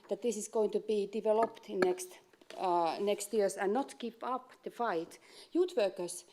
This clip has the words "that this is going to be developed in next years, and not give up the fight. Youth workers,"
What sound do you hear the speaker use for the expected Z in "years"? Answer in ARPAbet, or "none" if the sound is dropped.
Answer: S